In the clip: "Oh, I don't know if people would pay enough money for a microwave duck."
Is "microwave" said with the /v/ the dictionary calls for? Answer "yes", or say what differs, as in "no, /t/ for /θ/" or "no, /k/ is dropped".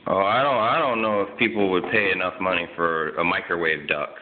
yes